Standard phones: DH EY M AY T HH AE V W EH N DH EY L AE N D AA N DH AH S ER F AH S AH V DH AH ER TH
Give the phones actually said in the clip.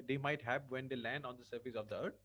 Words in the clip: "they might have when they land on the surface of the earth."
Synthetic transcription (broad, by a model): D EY M AY T HH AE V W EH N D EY L AE N D AA N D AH S ER F AH S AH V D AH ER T